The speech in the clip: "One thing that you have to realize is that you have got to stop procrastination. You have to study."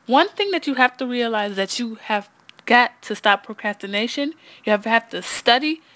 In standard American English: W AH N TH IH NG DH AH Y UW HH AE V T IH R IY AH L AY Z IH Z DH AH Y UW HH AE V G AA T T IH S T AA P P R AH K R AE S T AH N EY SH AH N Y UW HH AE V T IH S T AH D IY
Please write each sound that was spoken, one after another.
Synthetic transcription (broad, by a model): W AH N TH IH NG DH AH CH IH HH AE F T IH R IY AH L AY IH Z DH AH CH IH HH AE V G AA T T IH S T AA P P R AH K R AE S T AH N EY SH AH N Y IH HH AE F T IH S T AH D IY